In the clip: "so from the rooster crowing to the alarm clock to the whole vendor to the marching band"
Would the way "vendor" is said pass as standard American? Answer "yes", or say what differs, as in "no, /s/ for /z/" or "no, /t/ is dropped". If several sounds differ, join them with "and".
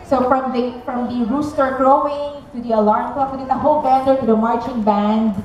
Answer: no, /b/ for /v/